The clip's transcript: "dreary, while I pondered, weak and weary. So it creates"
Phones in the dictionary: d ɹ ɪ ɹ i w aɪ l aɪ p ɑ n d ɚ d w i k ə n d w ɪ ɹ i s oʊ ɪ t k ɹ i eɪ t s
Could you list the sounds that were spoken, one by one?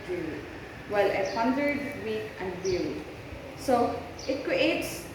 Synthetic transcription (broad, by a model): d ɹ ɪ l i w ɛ l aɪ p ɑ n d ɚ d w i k ə n d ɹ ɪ l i s oʊ ɪ t k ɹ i eɪ t s